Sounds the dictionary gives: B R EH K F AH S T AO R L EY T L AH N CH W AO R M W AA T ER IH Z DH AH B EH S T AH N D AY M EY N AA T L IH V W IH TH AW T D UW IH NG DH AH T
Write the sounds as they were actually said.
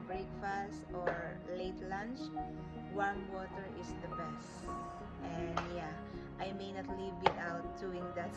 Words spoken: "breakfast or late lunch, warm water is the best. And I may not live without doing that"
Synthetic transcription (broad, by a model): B R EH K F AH S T AO R L EY T L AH N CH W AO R W AA T ER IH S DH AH B EH S T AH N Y AY M EY N AA T L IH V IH T AW T D UW IH NG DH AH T